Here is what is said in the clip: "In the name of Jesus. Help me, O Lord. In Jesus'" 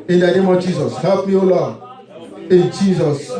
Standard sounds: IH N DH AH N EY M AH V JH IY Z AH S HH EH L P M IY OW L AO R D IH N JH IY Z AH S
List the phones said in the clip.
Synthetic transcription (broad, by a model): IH N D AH N EY M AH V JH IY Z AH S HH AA P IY OW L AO IH N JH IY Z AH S